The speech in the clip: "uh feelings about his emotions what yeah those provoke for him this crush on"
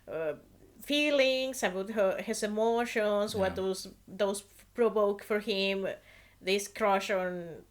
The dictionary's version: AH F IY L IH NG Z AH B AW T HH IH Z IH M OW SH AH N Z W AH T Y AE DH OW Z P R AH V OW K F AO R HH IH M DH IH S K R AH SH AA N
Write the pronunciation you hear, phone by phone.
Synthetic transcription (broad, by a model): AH F IY L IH NG S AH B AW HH HH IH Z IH M OW SH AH N S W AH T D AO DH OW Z P R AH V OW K F AO R HH IH M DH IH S K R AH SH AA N